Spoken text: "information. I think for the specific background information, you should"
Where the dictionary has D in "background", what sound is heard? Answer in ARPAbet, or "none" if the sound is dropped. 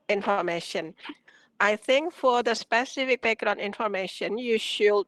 none